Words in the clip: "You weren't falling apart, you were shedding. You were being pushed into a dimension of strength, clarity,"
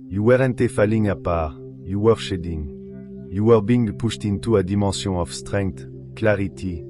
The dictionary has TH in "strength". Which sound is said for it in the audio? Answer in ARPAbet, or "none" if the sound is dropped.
T